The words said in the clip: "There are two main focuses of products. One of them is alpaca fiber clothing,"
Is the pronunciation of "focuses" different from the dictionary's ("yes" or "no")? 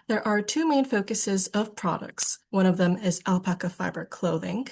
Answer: no